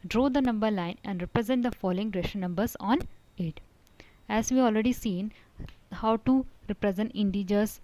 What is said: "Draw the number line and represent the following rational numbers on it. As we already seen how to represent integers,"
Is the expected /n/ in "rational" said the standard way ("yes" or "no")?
no